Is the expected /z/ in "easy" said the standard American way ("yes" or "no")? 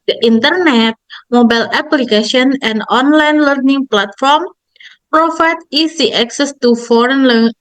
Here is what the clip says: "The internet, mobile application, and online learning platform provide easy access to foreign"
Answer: no